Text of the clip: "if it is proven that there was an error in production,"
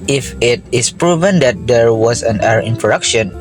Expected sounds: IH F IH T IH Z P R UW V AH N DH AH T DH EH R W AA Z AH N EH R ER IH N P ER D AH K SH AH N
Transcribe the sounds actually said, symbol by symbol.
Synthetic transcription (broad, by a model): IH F IH T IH S P R UW V AH N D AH T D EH R W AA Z AH N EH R IH N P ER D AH K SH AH N